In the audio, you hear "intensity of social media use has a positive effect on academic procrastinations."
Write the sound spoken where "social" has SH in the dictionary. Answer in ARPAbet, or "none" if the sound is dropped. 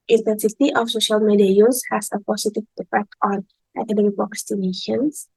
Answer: SH